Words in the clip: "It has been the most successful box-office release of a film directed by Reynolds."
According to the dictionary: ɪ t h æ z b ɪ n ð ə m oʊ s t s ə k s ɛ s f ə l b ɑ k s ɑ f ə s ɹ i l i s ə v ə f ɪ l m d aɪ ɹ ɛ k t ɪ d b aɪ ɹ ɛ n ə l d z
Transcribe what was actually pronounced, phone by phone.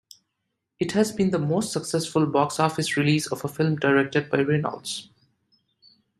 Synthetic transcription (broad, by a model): ɪ t h æ z b ɪ n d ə m oʊ s t s ə k s ɛ s f ə l b ɑ k s ɑ f ə s ɹ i l i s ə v ə f ɪ l m d aɪ ɹ ɛ k t ɪ d b aɪ ɹ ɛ n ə l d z